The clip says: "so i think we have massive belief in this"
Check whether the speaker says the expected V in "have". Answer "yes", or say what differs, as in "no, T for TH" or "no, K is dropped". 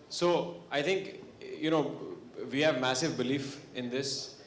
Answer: yes